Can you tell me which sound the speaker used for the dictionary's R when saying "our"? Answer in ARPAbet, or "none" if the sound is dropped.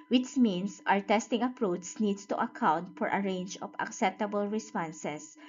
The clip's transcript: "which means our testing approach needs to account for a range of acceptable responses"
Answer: R